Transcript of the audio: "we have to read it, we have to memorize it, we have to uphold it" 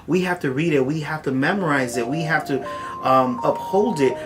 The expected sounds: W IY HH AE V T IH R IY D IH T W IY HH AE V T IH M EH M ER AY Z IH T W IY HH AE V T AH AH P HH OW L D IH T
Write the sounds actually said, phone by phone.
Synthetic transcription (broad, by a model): W IY HH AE F T IH R IY D IH T W IY HH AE F T IH M EH M ER AY Z IH T W IY HH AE F T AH AH P HH OW L D IH T